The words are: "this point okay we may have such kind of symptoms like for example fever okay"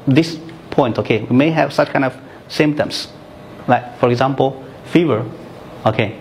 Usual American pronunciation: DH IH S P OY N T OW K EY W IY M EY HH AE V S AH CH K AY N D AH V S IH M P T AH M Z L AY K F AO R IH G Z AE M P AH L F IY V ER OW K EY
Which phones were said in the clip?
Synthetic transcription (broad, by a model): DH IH S P OY N T OW K EY W IY M EY HH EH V S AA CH K AY N D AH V S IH M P T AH M S L AY K F AO R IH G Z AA M P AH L F IY V ER OW K EY